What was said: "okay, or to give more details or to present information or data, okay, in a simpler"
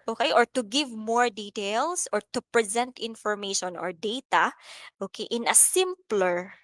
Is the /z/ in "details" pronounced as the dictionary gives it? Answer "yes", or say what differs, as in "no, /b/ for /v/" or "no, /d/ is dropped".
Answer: no, /s/ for /z/